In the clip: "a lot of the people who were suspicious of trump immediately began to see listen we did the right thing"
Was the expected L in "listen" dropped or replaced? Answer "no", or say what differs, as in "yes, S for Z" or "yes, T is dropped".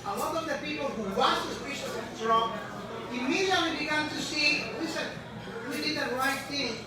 yes, W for L